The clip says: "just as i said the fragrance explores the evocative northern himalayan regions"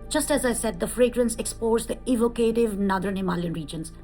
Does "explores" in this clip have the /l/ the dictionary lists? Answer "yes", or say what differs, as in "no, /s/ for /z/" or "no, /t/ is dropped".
no, /l/ is dropped